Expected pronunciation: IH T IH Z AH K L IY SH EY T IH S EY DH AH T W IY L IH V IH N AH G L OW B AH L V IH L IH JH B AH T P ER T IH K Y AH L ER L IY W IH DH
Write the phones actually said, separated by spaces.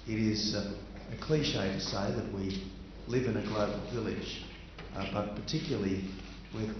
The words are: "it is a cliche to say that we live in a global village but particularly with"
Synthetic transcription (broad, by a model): IH T IH Z AH K L IY SH EY T IH S EY DH AH T W IY L IH V IH N AH G L OW B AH L V IH L IH JH B AH T P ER T IH K Y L L IY W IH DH